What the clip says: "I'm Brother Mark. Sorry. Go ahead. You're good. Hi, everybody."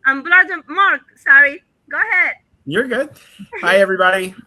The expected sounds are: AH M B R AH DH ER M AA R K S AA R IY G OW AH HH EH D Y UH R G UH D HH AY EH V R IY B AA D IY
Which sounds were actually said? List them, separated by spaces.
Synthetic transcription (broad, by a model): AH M B L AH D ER M AA R K S AA R IY G OW AH HH EH D Y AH R G UH D HH AY EH V R IY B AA D IY